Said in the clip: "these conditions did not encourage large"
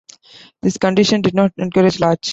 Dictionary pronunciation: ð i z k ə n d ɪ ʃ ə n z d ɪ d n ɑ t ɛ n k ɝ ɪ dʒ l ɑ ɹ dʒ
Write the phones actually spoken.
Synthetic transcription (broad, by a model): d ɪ s k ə n d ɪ ʃ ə n d ɪ d n ɑ t ɛ n k ɝ ɪ dʒ l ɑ ɹ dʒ